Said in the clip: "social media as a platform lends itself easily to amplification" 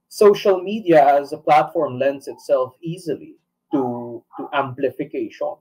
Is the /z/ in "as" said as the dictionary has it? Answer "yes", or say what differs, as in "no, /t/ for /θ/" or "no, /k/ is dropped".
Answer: yes